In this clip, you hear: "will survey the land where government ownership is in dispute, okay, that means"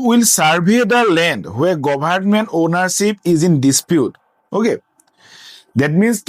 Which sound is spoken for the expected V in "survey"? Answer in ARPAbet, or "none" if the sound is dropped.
B